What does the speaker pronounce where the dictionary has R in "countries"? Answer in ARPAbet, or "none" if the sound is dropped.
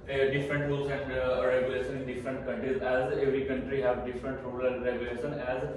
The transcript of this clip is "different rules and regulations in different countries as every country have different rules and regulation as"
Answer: R